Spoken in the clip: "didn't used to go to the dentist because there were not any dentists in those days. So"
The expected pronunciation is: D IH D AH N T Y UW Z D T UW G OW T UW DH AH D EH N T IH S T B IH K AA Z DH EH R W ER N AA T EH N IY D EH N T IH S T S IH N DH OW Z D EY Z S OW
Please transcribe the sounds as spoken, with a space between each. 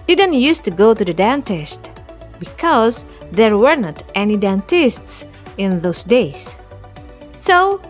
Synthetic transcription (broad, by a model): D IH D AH N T Y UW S T UW G OW T UW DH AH D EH N T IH S T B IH K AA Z DH EH R W ER N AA T EH N IY D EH N T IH S T S IH N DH OW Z D EY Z S OW